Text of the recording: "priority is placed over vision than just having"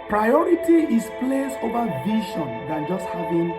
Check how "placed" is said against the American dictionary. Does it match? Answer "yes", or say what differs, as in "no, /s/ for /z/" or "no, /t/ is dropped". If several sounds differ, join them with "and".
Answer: no, /t/ is dropped